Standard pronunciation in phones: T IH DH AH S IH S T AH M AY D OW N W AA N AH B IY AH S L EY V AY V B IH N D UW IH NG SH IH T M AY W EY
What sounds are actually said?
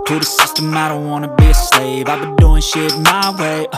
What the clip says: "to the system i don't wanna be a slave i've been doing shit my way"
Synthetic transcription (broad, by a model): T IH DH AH S IH S T AH M AY D OW N W AA N AH B IY AH S L EY V AY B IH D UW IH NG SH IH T M AY W EY